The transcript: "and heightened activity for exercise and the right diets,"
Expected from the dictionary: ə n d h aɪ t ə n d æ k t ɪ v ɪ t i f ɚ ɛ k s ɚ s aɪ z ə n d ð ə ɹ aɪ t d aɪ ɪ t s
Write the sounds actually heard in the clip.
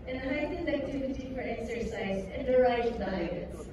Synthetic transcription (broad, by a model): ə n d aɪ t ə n æ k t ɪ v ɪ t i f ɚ ɛ k s ɚ s aɪ z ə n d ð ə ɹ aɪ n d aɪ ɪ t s